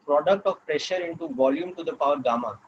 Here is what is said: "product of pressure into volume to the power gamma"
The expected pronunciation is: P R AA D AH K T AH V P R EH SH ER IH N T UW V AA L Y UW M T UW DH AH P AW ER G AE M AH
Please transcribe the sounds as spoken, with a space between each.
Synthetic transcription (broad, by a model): P R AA D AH K T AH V P R EH SH ER IH N T UW V AA L Y UW M T UW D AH P AW ER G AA M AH